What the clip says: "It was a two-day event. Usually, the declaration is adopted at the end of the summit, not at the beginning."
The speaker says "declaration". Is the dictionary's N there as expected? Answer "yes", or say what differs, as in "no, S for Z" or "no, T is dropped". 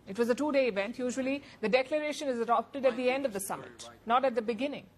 yes